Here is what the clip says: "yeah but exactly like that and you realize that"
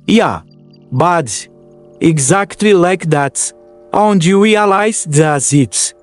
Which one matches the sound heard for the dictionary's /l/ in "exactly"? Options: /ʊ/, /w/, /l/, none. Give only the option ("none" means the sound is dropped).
/l/